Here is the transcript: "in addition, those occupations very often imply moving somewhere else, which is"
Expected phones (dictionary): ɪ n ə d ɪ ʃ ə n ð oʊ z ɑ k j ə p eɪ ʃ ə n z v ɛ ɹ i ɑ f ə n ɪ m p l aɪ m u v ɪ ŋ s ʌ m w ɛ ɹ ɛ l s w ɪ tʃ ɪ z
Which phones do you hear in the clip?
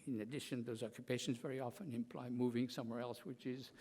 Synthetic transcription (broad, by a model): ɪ n ə d ɪ ʃ ə n ð oʊ z ɑ k j ə p eɪ ʃ ə n z v ɛ ɹ i ɑ f ə n ɪ m p l aɪ m u v ɪ ŋ s ʌ m w ɛ ɹ ɛ l s w ɪ tʃ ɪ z